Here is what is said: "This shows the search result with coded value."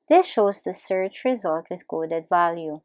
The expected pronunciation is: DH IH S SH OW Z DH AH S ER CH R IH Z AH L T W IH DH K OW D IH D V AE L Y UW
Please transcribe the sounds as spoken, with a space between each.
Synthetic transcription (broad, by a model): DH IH S SH OW Z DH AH S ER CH R IH Z AH L T W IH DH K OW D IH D V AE L Y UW